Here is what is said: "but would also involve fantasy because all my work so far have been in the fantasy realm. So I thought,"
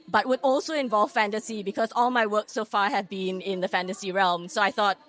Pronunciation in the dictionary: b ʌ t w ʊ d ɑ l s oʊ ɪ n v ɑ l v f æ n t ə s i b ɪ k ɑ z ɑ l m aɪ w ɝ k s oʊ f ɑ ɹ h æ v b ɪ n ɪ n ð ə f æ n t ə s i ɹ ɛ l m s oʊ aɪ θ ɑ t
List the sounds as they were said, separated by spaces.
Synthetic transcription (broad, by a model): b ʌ t w ʊ d ɑ l s oʊ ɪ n v ɑ l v f æ n t ə s i b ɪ k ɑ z ɑ l m aɪ w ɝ k s oʊ f ɑ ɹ h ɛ v b ɪ n ɪ n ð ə f æ n t ə s i ɹ ɛ l m s oʊ aɪ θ ɑ t